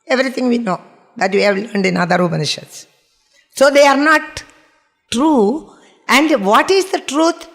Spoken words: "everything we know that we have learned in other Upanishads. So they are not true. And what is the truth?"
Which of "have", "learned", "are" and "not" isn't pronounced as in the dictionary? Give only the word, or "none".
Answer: none